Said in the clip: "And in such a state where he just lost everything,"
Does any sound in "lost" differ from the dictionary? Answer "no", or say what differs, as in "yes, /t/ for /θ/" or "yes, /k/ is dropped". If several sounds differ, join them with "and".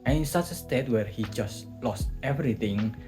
no